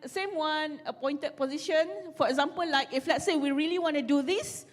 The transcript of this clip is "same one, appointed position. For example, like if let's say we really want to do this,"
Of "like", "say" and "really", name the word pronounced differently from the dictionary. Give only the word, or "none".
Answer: none